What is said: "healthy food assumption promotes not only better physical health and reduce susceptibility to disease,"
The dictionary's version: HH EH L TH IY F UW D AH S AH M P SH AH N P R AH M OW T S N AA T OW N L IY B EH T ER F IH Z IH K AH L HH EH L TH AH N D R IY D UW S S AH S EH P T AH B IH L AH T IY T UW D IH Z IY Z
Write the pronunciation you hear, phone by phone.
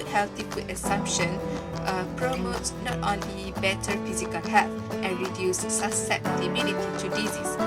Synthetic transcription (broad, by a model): HH EH L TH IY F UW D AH S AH M P SH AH N P R AH M OW T S N AA T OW N IY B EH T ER F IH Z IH K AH L HH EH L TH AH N R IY D UW S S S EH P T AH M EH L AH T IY T UW D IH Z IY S